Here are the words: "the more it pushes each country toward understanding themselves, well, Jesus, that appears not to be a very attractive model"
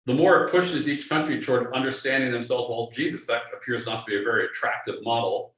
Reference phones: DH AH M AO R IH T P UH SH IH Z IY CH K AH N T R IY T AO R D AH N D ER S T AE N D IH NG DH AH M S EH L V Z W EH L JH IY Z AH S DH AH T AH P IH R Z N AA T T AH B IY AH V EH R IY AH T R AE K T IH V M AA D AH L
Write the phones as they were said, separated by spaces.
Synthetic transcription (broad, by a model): DH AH M AO R IH T P UH SH IH Z IY CH K AH N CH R IY T AO R D AH N D ER S T AE N D IH NG DH AH M S EH L V Z W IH L JH IY Z AH S DH AH T AH P IH R Z N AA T T AH B IY AH V EH R IY AH T R AE K T IH V M AA D L